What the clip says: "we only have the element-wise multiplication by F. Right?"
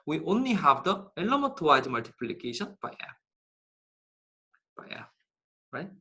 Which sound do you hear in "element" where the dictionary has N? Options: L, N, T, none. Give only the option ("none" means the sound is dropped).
none